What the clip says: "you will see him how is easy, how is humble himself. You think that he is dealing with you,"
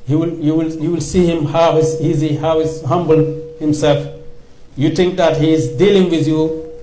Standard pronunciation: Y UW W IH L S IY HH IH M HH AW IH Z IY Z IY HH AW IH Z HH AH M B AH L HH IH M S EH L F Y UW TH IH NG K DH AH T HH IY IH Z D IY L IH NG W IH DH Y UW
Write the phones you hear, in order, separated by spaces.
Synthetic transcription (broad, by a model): Y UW W IH L S IY HH IH M HH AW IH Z IY Z IY HH AW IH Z HH AH M B AH L HH IH M S EH L F Y UW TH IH NG K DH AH T HH IY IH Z D IY L IH NG W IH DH Y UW